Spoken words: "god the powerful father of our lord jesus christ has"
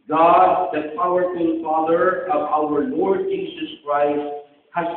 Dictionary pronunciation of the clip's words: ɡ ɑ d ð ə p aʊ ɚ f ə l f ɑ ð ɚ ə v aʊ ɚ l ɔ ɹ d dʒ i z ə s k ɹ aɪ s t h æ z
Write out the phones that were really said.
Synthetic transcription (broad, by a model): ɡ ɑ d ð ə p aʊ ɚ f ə n f ɑ ð ɚ ə v aʊ ɚ l ɔ ɹ d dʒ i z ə s k ɹ aɪ s t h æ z